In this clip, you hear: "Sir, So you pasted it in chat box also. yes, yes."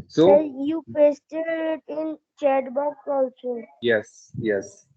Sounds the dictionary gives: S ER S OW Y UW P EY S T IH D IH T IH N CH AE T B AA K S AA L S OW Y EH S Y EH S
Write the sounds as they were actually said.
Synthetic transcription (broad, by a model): S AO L Y UW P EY S T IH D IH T IH N CH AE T B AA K AA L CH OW Y EH S Y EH S